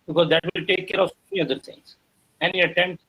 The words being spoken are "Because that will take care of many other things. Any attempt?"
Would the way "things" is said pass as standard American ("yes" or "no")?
no